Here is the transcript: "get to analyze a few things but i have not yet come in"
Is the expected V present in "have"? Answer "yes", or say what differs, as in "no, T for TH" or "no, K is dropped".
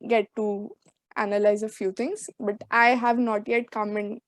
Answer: yes